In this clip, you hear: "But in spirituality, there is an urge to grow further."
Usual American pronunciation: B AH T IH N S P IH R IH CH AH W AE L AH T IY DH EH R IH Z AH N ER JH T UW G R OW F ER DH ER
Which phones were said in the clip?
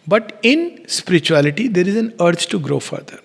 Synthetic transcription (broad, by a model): B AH T IH N S P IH R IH CH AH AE L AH T IY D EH R IH Z AH N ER CH T UW G R OW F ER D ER